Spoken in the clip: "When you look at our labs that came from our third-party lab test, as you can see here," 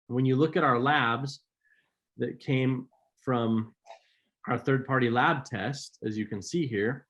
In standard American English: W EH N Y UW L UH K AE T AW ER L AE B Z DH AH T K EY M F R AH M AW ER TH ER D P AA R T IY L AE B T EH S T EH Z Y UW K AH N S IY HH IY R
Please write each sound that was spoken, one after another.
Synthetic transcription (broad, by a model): W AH N Y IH L UH K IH T AW ER L AE B Z DH AH T K EY M F R AH M AW ER TH ER D P AA R T IY L AE B T EH S T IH Z Y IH K AH N S IY HH IY R